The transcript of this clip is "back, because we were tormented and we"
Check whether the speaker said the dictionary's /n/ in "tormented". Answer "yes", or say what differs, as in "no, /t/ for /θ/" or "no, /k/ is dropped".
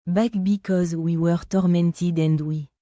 yes